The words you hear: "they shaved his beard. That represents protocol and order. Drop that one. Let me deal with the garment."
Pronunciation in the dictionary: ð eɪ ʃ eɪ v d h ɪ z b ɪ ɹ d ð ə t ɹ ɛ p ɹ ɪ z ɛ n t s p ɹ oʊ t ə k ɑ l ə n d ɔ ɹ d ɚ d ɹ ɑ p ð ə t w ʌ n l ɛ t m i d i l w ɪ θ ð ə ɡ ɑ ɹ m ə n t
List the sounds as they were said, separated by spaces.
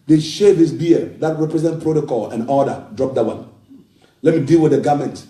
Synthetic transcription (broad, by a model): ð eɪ ʃ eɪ d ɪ s b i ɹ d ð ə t ɹ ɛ p ɹ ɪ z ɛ n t p ɹ oʊ t ə k ɑ l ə n ɔ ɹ d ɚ d ɹ ɑ p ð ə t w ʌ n l ɛ t m i d i l w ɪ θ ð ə ɡ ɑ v m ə n t